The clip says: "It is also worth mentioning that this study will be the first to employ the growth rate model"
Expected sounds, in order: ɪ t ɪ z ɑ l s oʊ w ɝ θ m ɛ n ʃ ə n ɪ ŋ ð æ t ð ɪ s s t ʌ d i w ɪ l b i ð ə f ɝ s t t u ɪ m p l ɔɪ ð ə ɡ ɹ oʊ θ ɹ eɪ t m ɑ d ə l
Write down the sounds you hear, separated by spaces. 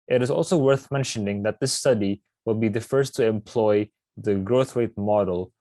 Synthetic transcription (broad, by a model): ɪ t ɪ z ɑ l s oʊ w ɝ θ m ɛ n ʃ ə n ɪ ŋ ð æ t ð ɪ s s t ʌ d i w ɪ l b i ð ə f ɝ s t t u ɪ m p l ɔɪ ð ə ɡ ɹ oʊ θ w eɪ t m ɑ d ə l